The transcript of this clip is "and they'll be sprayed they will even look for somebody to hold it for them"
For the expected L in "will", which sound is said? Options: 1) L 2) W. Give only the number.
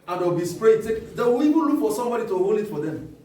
2